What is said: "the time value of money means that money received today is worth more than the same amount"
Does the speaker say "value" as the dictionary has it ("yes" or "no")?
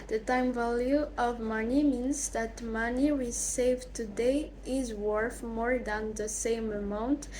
yes